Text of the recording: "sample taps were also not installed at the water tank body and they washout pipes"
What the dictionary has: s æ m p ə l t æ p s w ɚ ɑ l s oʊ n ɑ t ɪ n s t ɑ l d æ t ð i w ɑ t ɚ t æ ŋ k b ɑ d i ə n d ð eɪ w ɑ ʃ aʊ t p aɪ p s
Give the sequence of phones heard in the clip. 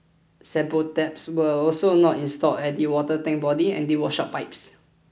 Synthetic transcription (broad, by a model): s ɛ p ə t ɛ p s w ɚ ɑ l s oʊ n ɑ t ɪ n s t ɑ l ɛ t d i w ɑ t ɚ t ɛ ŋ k b ɑ d i ə n d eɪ w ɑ ʃ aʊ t p aɪ p s